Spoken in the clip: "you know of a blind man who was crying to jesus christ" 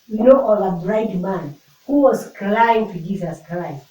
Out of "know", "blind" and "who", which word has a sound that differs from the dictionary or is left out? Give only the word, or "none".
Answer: blind